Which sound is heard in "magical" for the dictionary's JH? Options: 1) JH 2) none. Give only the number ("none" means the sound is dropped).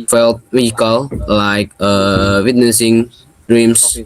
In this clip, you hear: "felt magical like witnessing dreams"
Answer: 2